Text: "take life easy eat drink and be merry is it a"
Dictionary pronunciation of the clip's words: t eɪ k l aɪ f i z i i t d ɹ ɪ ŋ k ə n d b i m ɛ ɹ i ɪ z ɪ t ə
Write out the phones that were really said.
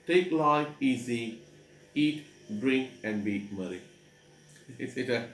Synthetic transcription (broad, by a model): t eɪ k l aɪ f i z i i t d ɹ ɪ ŋ k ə n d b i m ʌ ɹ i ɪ s ɪ t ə